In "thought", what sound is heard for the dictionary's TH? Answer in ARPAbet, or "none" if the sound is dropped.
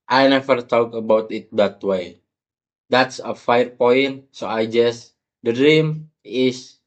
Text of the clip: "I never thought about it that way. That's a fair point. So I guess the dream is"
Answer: T